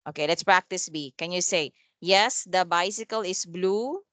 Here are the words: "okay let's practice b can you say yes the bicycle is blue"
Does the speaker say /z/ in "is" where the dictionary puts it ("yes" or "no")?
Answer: no